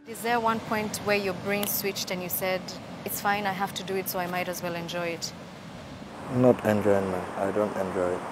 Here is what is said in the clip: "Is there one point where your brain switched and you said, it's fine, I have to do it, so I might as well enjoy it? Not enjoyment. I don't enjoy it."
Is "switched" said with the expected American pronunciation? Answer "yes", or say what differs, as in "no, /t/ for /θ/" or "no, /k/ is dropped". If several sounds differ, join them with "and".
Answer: yes